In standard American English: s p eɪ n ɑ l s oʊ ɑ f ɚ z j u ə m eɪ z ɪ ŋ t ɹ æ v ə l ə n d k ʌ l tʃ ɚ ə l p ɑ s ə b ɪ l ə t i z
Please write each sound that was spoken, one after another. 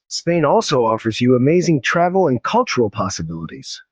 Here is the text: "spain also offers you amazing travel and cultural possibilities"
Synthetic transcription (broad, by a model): s p eɪ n ɑ l s oʊ ɑ f ɚ z j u ə m eɪ z ɪ ŋ t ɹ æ v l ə n k ʌ l tʃ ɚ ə l p ɑ s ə b ɪ l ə t i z